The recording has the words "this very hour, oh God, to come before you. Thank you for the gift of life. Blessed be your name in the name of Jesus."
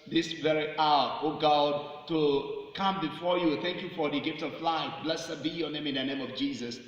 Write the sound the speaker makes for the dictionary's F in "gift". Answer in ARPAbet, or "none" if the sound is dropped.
F